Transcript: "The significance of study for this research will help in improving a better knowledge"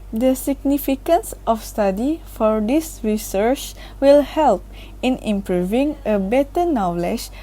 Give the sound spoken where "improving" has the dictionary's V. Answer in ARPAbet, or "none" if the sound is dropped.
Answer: V